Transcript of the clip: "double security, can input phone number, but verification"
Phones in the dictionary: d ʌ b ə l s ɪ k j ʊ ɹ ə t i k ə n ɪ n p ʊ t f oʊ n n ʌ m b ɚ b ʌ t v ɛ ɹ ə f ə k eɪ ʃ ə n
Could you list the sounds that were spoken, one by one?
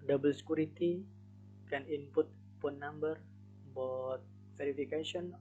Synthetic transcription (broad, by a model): d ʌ b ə l s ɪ k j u ɹ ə t i k ə n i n p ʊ t p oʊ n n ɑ m b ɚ b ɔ t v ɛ ɹ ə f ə k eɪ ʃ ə n